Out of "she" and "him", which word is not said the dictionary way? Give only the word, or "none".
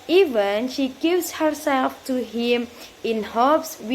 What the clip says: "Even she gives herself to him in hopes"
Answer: none